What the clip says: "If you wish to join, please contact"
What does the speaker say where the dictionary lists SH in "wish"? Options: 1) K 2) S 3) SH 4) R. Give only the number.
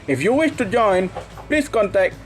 3